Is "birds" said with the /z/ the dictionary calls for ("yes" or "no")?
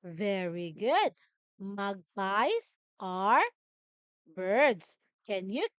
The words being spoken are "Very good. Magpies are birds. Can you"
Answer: no